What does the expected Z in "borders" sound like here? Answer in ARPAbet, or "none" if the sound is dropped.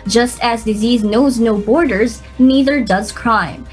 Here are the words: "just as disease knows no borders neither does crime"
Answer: Z